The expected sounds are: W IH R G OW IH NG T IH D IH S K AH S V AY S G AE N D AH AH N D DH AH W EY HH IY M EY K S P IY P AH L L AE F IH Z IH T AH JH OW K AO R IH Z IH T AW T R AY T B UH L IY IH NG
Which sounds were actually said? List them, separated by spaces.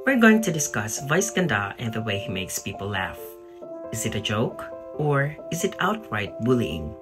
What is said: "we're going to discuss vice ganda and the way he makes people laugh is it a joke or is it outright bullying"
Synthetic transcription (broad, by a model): W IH R G OW IH NG T IH D IH S K AH S V AY S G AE N D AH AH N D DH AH W EY HH IY M EY K S P IY P AH L L AE F IH Z IH T AH JH OW K AO R IH Z IH T AW T R AY T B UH L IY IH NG